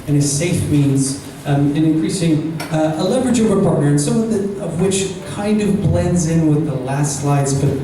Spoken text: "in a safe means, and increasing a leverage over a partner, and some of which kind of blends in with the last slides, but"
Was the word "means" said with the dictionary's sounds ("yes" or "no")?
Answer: yes